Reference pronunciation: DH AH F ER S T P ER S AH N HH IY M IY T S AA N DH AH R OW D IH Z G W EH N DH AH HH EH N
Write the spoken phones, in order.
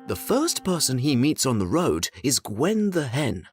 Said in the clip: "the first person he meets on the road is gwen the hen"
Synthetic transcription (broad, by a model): DH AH F ER S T P ER S AH N IY M IY T S N DH AH R OW D IH Z G W EH N DH AH HH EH N